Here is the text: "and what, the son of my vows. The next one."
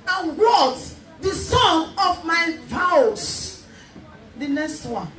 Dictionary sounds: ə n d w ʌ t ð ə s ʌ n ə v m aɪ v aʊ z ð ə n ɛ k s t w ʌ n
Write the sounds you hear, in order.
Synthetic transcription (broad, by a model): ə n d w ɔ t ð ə s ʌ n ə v m aɪ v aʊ s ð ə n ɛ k s t w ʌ n